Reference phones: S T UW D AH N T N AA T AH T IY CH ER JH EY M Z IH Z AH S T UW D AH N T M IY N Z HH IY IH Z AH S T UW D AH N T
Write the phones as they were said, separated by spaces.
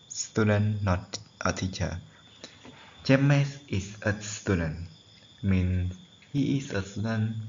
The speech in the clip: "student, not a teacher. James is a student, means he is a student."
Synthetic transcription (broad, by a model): S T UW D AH N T T AH T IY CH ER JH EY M S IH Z AH S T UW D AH N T M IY N S HH IY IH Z AH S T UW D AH N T